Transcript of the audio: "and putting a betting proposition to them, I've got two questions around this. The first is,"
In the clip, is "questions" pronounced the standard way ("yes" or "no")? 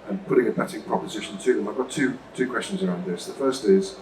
yes